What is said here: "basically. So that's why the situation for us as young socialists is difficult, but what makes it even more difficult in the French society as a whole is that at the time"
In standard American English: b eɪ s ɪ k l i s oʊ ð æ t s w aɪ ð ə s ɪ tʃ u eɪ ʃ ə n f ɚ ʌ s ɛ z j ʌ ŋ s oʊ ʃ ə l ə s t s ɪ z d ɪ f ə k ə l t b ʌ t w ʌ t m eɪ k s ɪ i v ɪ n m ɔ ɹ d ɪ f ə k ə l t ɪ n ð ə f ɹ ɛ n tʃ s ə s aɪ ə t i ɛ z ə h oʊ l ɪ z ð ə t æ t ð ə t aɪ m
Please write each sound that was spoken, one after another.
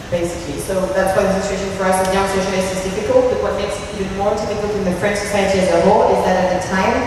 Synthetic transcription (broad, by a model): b eɪ s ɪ k l i s oʊ ð æ t s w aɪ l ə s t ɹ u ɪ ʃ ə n f ɚ ʌ s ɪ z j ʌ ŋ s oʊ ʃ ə ə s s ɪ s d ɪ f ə k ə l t b ʌ t w ʌ t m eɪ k s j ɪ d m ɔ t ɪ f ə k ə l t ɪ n ð ə f ɹ ɛ n tʃ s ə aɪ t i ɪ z ə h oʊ ɪ z ð ə t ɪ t ð ə t aɪ m